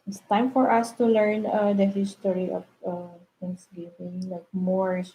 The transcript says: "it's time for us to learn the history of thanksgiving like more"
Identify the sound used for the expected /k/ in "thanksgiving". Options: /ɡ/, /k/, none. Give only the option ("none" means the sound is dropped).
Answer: none